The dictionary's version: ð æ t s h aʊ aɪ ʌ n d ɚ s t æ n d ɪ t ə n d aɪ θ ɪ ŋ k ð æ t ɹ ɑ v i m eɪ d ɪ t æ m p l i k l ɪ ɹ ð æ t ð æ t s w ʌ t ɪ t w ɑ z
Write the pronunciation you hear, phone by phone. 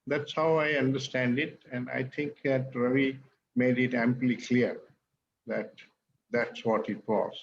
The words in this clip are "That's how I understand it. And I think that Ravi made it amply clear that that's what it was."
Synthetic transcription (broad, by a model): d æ t s h aʊ aɪ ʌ n d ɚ s t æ n d ɪ t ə n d aɪ t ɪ ŋ k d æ t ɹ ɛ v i m eɪ d ɪ t æ m p l i k l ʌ ɹ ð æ t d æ t s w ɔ t ɪ t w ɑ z